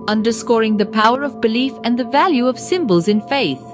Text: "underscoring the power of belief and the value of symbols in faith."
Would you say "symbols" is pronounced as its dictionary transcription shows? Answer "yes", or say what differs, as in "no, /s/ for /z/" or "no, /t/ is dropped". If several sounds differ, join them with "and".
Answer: yes